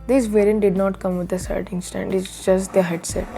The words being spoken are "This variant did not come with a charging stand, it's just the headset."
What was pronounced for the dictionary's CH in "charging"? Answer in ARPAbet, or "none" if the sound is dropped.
S